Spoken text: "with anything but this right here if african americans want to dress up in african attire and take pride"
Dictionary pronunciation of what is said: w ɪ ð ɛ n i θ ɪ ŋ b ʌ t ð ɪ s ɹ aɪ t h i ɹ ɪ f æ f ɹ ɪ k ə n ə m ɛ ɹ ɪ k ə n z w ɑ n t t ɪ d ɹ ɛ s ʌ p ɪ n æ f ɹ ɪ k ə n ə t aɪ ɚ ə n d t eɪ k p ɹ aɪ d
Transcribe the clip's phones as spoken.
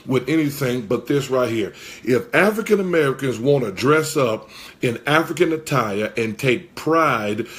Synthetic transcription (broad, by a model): w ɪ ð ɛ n i θ ɪ ŋ b ʌ t ð ɪ s ɹ aɪ t h i ɹ ɪ f æ f ɹ ɪ k ə n ə m ɛ ɹ ɪ k ə n z w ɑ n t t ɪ d ɹ ɛ s ʌ p ɪ n æ f ɹ ɪ k ə n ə t aɪ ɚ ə n t eɪ k p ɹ aɪ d